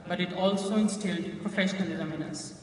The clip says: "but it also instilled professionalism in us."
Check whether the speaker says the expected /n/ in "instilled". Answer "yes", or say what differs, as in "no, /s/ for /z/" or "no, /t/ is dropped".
yes